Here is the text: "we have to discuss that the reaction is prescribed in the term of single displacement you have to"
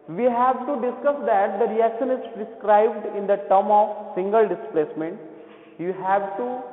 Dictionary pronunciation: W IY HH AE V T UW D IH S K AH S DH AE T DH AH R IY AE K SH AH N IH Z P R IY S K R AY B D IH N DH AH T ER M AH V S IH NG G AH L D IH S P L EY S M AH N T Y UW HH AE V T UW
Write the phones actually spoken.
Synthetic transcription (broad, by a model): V IY HH AE V T UW D IH S K AH S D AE T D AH R IY AE K SH AH N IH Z P R IY S K R AY B D IH N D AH T ER M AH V S IH NG G AH L D IH S P L EY S M AH N T Y UW HH AE V T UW